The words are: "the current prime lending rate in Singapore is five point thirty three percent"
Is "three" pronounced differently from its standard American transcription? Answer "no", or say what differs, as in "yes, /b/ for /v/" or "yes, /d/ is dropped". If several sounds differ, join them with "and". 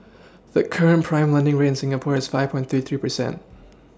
no